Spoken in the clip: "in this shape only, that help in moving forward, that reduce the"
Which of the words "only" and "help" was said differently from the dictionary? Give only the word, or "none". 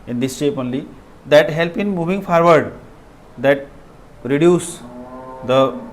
none